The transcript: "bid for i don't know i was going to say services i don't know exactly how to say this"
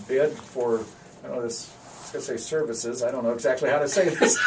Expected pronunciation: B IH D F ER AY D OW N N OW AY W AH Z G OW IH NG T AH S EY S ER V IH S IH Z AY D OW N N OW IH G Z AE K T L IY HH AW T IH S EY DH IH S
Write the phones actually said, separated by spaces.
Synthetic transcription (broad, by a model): B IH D F ER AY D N N OW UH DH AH S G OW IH T AH S EY S ER V IH S IH Z AY D OW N N OW IH G Z AE K T L IY HH AW T IH S EY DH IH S